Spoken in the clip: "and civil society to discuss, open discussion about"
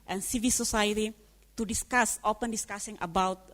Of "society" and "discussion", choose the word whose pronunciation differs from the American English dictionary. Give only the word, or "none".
discussion